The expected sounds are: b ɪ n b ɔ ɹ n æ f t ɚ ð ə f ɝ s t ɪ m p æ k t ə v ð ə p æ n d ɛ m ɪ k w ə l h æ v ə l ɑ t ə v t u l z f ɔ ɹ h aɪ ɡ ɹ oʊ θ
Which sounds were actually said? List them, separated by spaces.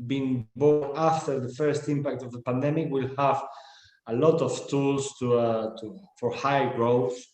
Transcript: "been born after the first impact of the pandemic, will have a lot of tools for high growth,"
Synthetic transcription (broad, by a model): b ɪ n b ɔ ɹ æ f t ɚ ð ə f ɝ s t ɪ m p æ k t ə v ð ə p æ n d ɛ m ɪ k w ə l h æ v ə l ɑ t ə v t u l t f ɔ ɹ h aɪ ɡ ɹ oʊ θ